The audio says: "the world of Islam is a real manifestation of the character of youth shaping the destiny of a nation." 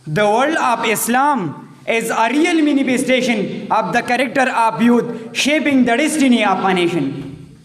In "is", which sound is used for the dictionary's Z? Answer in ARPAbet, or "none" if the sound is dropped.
Z